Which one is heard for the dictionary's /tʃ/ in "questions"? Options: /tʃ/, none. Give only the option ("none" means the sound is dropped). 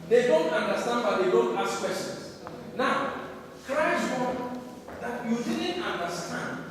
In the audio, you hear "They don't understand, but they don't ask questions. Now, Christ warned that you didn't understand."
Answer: none